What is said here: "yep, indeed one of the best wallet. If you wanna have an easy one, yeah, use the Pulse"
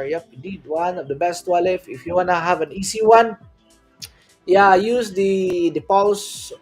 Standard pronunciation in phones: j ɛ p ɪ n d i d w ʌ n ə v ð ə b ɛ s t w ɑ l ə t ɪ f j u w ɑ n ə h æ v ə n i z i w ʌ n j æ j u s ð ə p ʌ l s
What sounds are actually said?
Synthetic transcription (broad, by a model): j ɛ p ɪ d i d w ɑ n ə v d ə b ɛ s t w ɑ l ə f ɪ f j u w ɑ n ə h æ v ə n i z i w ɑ n j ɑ j u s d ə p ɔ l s